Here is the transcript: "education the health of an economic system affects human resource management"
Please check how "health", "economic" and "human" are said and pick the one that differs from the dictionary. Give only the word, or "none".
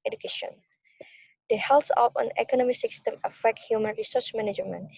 health